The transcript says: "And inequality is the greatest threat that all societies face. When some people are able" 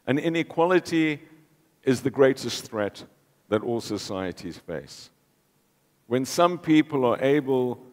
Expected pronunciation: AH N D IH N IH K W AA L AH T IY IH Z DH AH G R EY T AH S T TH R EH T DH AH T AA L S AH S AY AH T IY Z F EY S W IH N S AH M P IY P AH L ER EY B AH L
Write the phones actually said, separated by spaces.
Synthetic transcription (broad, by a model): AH N IH N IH K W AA L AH T IY IH Z DH AH G R EY T AH S T TH R EH T DH AH T AA L S AH S AY AH T IY Z F EY S W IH N S AH M P IY P AH L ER EY B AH L